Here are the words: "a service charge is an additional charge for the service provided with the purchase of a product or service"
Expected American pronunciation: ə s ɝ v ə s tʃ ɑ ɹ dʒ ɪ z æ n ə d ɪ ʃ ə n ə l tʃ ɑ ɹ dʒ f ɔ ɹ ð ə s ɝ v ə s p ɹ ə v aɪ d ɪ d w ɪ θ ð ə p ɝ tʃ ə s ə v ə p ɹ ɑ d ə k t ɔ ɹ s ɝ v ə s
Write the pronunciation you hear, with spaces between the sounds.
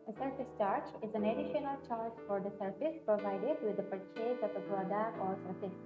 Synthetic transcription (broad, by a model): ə s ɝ f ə s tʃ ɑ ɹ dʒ ɪ z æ n ə d ɪ ʃ ə n ə l tʃ ɑ ɹ dʒ f ɔ ɹ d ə s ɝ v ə s p ɹ ə v aɪ d ɪ d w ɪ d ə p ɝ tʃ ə ə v ə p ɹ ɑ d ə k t ɔ ɹ s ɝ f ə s